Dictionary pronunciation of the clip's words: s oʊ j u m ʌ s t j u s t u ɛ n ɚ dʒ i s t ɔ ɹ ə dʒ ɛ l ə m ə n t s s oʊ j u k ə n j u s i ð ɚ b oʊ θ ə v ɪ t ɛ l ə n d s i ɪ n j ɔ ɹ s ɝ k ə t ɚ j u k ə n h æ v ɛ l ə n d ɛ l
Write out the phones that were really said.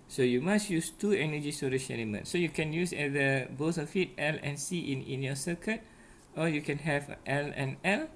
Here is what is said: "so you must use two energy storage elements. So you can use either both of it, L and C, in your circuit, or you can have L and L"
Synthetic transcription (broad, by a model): s oʊ j u m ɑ s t j u s t u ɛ n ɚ dʒ i s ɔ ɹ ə ʃ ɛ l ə m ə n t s s oʊ j u k ə n j u s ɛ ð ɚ b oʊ s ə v ɪ t ɛ l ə n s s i ɪ n j ɔ s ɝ k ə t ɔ j u k ə n h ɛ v ɛ l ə n ɛ l